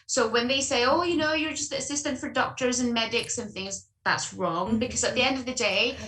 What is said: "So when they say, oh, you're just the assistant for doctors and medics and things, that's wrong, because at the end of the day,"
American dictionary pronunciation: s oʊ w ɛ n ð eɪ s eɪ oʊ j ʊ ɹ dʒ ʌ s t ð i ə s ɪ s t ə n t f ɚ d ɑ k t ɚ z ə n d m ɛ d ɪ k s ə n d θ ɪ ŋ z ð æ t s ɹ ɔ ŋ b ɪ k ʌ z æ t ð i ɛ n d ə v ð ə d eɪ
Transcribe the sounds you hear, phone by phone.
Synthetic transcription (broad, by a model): s oʊ w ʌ n ð eɪ s eɪ oʊ j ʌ ɹ dʒ ʌ s t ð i ə s ɪ s t ə n t f ɚ d ɑ k t ɚ z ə n m ɛ d ɪ k s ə n θ ɪ ŋ z ð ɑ t s ɹ ɔ ŋ b ɪ k ʌ z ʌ t ð i ɛ n d ə v ð ə d eɪ